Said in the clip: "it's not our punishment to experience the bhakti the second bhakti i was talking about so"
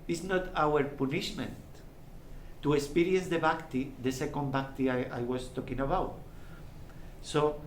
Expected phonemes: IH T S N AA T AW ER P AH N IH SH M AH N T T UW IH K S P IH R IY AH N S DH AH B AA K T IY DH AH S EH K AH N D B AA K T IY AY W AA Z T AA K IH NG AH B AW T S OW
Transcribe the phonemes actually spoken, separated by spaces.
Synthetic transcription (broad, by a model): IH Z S N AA T AW ER P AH N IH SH M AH N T T UW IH K S P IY R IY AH N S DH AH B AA K T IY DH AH S EH K AH N D B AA K T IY AY W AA S T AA K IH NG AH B AW T S OW